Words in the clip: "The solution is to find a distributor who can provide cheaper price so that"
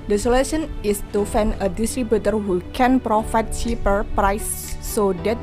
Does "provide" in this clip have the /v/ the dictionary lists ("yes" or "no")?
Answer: no